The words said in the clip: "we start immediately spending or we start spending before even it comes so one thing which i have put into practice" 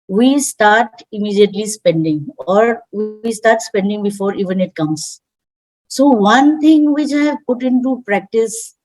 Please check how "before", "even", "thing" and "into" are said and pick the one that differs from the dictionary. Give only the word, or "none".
thing